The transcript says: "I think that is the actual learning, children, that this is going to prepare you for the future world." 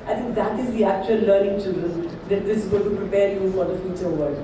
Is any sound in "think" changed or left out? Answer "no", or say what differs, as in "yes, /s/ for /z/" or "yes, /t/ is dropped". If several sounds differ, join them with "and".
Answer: yes, /t/ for /θ/